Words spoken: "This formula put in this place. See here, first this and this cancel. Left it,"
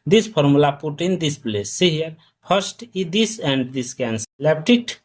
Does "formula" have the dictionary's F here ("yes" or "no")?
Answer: no